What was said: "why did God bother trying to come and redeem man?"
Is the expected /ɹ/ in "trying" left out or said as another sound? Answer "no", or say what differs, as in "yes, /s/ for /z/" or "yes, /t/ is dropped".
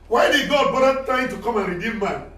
yes, /ɹ/ is dropped